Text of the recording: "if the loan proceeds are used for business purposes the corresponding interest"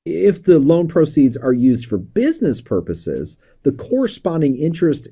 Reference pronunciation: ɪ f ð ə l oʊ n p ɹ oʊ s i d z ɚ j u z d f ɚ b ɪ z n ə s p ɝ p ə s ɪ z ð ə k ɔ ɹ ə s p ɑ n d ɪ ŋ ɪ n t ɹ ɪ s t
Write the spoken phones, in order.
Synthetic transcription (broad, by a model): ɪ f ð ə l oʊ n p ɹ oʊ s i d z ɚ j u z d f ɚ b ɪ z n ə s p ɝ p ə s ɪ z ð ə k ɔ ɹ ə s p ɑ n d ɪ ŋ ɪ n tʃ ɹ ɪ s t